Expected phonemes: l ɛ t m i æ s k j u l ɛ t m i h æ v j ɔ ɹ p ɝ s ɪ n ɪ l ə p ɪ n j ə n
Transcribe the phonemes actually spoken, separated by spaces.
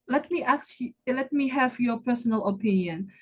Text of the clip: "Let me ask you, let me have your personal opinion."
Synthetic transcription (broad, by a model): l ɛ t m i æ k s l ɛ t m i h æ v j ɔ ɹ p ɝ s ɪ n ɪ l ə p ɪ n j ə n